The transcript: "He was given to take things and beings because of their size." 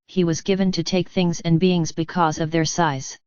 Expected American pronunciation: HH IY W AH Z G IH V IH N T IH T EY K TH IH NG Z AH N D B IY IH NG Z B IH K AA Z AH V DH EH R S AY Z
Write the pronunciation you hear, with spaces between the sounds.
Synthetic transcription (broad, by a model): HH IY W AH Z G IH V IH N T IH T EY K TH IH NG Z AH N B IY IH NG Z B IH K AA Z AH V DH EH R S AY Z